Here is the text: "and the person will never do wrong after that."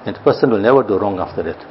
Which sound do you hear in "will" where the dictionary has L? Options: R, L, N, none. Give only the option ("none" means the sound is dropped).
L